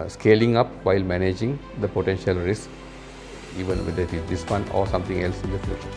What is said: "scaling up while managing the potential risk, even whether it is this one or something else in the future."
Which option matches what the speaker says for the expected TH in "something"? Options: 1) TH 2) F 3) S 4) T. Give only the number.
4